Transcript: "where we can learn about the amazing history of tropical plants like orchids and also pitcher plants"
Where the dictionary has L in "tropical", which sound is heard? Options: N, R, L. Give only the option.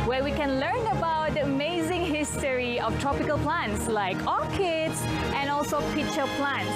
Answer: L